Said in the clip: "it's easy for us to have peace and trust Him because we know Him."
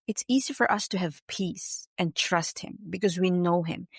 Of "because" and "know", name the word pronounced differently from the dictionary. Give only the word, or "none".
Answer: none